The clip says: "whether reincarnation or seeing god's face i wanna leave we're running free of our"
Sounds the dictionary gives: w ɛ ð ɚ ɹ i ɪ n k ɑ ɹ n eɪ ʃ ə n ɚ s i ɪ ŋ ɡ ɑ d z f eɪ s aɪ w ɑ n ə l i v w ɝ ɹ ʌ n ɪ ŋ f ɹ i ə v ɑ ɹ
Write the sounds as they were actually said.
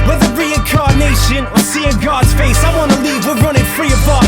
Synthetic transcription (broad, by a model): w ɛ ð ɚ ɹ i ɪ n k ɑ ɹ n eɪ ʃ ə n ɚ s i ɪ ɡ ɑ d z f eɪ s aɪ w ɑ n ə l i v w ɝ ɹ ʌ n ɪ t f ɹ i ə b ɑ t